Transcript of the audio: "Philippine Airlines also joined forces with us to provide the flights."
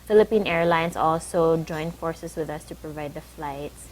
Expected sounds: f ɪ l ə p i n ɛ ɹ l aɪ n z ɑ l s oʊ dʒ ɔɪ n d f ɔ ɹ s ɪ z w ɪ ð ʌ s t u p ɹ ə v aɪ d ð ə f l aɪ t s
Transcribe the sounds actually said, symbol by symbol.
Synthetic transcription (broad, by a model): f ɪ l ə p i n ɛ ɹ l aɪ n s ɑ l s oʊ dʒ ɔɪ n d f ɔ ɹ s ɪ s w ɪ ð ʌ s t u p ɹ ə v aɪ d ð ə f l aɪ t s